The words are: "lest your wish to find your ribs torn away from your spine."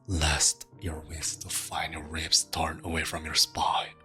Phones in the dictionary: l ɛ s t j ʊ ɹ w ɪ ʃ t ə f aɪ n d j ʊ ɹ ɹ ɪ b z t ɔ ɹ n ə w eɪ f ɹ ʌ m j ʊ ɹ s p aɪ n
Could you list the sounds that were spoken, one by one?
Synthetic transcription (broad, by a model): l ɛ s t j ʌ ɹ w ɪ s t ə f aɪ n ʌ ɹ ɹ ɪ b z t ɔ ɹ n ə w eɪ f ɹ ʌ m j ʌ ɹ s p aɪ